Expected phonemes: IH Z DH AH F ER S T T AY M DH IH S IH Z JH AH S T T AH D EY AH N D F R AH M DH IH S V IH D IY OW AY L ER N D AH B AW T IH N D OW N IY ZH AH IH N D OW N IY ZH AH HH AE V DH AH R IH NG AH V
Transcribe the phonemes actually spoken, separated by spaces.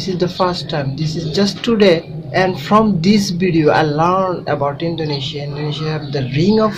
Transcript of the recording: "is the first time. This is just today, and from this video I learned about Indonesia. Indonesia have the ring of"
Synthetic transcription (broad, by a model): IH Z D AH F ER S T T AY M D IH S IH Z JH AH S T T AH D EY AH N D F R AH M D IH S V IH D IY OW AY L ER N D AH B AW T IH N D OW N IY SH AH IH N D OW N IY SH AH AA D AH R IH NG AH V